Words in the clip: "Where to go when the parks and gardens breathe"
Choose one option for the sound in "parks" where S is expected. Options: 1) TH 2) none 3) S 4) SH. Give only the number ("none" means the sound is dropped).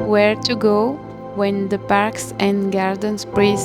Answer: 3